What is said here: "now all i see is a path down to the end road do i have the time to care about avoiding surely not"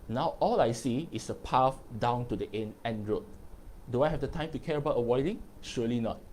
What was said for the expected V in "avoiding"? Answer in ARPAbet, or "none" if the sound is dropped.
W